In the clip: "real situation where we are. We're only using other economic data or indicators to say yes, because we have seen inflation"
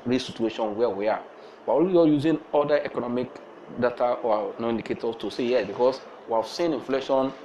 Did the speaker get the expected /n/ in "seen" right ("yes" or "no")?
yes